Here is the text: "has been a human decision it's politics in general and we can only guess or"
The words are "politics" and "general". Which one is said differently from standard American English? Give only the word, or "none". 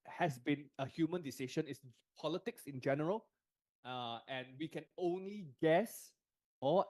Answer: none